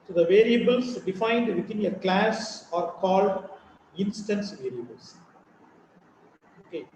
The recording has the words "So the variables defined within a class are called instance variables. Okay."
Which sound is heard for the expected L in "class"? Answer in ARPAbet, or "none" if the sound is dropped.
L